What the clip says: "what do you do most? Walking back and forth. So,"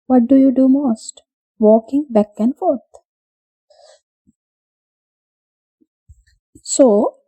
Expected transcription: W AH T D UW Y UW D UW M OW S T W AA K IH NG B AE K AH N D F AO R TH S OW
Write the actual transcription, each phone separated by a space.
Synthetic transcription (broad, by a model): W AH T D UW Y UW D UW M OW S T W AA K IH NG B AE K AH N D F AO R T S OW